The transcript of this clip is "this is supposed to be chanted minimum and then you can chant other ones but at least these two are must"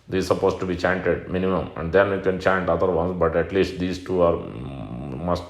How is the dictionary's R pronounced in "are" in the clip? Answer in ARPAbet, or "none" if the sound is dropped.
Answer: R